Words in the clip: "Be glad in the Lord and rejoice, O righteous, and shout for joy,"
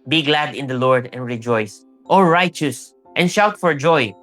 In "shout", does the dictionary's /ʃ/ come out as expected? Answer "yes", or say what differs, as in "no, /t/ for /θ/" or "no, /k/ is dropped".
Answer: yes